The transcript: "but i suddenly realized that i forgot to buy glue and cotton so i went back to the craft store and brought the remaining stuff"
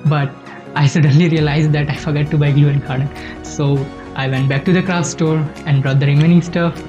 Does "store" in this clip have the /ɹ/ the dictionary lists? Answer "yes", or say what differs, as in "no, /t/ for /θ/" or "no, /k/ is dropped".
yes